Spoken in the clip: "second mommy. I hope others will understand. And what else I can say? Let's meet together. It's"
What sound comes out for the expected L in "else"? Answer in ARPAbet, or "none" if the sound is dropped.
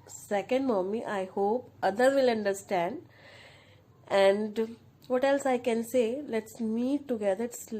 L